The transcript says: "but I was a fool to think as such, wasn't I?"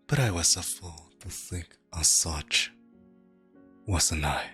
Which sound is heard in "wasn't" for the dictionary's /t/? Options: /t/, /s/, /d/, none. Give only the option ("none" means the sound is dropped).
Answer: none